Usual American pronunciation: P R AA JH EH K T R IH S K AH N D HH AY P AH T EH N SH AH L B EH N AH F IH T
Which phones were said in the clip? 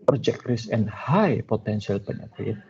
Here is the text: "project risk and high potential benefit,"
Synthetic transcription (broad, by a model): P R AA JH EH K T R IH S AH N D HH AY P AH T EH N S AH L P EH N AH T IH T